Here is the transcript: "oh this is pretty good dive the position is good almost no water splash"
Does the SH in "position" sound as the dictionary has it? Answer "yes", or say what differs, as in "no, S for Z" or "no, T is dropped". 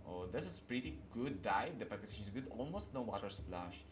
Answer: no, S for SH